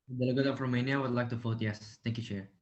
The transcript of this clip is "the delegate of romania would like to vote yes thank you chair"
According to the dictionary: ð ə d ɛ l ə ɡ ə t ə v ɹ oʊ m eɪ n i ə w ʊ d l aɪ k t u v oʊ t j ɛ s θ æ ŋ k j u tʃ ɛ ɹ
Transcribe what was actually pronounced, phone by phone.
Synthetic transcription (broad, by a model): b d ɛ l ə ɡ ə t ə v ɹ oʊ m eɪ n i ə w ʊ d l aɪ k t u f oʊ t j ɛ s t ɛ ŋ k j u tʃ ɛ ɹ